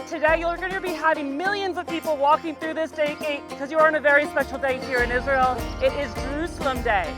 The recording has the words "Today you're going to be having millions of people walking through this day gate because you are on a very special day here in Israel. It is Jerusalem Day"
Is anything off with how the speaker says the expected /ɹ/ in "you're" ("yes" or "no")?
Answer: yes